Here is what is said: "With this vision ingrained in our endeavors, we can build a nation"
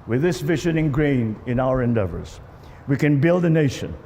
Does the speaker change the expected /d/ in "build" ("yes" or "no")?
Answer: no